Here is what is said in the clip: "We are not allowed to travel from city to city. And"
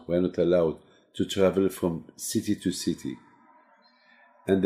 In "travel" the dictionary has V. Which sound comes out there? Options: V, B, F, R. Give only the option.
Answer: V